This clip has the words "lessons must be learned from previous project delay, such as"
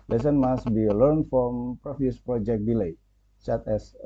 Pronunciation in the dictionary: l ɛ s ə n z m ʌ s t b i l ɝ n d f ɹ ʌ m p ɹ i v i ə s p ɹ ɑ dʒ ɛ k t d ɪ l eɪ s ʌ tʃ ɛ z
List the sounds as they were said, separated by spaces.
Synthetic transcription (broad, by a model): l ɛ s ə n m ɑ s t b i l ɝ n f ɹ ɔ m p ɹ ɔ f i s p ɹ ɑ dʒ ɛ k d ɪ l eɪ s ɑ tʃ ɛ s